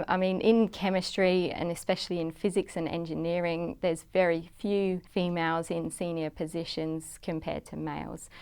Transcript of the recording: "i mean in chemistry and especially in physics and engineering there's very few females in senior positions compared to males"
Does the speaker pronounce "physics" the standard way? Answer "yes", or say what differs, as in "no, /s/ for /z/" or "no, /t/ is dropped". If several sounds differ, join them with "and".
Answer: yes